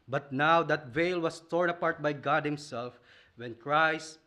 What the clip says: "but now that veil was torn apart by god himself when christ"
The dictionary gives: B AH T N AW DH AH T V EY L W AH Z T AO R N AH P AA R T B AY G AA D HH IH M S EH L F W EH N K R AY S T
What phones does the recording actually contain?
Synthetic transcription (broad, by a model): B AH T N AW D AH T V EY L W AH S T AO R N AH P AA R T B AY G AA D HH IH M S EH L F W EH N K R AY S T